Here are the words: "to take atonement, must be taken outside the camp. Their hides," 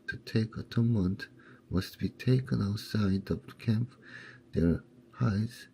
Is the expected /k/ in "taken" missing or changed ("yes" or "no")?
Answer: no